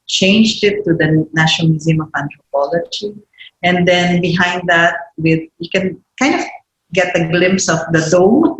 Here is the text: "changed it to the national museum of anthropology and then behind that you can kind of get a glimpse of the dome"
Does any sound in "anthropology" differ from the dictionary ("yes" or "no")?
yes